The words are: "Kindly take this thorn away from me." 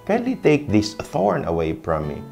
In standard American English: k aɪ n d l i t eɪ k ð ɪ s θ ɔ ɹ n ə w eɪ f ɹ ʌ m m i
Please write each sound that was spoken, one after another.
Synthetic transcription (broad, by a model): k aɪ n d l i t eɪ k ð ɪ s θ ɔ ɹ n ə w eɪ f ɹ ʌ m m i